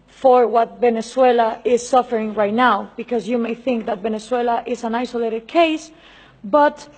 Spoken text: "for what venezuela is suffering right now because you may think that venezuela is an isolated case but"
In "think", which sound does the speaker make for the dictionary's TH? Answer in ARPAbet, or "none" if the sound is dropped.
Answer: TH